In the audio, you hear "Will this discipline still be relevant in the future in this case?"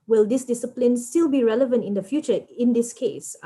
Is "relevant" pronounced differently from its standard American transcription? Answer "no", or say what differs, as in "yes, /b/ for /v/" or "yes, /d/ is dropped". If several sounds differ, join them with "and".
no